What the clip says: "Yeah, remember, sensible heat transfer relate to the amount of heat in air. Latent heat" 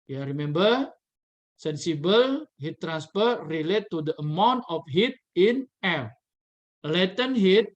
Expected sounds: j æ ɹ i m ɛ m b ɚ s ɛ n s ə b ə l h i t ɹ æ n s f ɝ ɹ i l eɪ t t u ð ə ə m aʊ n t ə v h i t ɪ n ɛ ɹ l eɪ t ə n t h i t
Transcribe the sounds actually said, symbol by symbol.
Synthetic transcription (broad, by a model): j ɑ ɹ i m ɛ m b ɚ s ɛ n s ə b ə l h i t ɹ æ n s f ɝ ɹ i l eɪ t t u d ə ə m aʊ n t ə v h i t ɪ n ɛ l l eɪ t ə n h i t